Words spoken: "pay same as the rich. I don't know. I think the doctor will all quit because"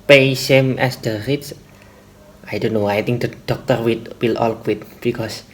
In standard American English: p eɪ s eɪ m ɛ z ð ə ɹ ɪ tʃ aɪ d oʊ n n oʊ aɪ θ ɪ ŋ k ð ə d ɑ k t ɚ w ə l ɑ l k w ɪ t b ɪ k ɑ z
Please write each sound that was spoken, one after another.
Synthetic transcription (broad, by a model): p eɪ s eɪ m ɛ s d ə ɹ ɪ s aɪ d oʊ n n oʊ aɪ t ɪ ŋ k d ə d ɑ k t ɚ w ə l ɑ l k w ɪ t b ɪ k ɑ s